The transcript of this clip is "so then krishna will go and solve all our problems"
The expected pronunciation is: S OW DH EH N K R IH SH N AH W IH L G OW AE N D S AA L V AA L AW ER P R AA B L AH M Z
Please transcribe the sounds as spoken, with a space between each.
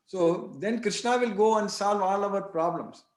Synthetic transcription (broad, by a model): S OW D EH N K R IH SH N AH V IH L G OW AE N D S AA L V AA L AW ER P R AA B L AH M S